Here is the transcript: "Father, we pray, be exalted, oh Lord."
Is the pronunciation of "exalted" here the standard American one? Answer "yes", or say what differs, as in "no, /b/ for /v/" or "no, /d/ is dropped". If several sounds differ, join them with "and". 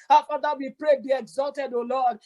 yes